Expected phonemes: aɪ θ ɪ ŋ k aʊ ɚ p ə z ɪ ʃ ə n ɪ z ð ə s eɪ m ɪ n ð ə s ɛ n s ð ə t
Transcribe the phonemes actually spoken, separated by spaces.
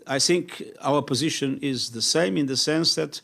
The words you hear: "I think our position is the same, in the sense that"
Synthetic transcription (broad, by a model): aɪ θ ɪ ŋ k aʊ ɚ p ə z ɪ ʃ ə n ɪ z ð ə s eɪ m ɪ n ð ə s ɛ n s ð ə t